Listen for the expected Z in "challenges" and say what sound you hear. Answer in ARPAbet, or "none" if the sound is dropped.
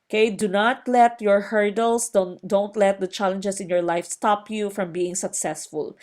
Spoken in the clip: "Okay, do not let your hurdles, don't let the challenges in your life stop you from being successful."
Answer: S